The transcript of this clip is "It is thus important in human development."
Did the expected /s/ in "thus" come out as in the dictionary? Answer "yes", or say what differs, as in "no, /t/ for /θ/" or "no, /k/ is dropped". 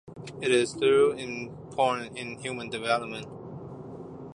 no, /s/ is dropped